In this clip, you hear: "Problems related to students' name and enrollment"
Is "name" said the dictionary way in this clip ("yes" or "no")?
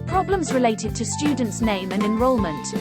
yes